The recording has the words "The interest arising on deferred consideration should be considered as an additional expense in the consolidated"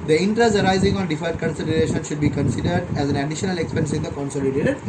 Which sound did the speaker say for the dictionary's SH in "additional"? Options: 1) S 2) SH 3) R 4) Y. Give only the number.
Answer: 2